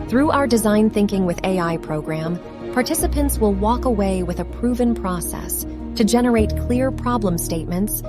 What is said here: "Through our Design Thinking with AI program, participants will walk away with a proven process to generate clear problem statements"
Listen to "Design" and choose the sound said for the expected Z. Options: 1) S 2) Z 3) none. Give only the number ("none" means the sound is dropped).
2